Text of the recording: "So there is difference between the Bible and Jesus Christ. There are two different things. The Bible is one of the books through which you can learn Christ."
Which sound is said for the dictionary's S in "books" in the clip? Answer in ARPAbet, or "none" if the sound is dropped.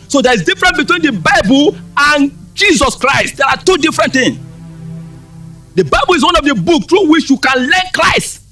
none